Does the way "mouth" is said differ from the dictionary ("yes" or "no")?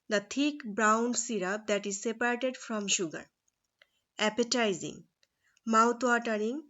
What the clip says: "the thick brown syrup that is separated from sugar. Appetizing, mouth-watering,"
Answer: yes